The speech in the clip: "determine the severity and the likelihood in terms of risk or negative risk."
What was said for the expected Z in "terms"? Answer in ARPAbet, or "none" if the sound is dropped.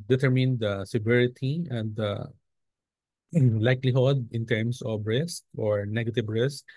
S